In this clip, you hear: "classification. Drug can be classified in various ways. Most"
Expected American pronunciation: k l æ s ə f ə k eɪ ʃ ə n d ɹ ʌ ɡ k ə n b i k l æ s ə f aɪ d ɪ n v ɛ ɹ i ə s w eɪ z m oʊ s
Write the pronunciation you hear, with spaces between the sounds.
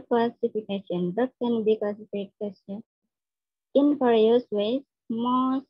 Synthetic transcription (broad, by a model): k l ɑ s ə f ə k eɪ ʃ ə n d ʌ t k ə n b i k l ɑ s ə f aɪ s ɪ n f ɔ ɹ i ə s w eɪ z m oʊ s